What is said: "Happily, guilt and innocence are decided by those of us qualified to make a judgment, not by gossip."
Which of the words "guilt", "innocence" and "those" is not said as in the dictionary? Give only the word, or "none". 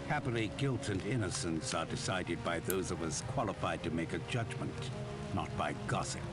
none